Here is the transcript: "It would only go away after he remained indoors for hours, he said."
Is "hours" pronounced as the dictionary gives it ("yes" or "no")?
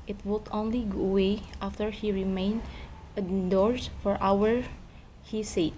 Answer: no